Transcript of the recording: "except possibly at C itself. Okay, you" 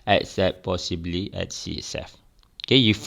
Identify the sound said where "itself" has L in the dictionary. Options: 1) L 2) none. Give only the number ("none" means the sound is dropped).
2